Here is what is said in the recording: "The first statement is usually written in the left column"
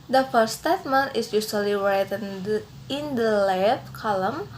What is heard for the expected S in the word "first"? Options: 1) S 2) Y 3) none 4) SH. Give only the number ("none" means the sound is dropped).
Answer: 3